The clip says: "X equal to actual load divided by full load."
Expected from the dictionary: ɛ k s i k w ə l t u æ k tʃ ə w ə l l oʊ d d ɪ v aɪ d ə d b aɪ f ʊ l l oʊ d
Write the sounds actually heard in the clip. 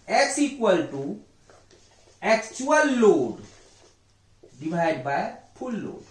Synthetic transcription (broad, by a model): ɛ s i k w ə l t u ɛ k tʃ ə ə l l oʊ d d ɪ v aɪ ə d b aɪ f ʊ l l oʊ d